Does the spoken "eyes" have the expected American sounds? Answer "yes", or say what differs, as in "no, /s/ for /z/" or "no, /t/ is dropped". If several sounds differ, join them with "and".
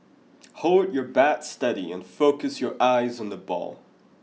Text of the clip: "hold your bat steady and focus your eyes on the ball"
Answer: yes